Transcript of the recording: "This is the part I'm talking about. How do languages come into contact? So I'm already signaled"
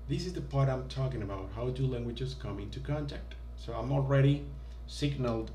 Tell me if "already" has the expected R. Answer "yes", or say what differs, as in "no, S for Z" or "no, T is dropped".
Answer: yes